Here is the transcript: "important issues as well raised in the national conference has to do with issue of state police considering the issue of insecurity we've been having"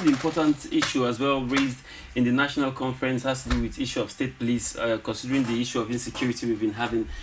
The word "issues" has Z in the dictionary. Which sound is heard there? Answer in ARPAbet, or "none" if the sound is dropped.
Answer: none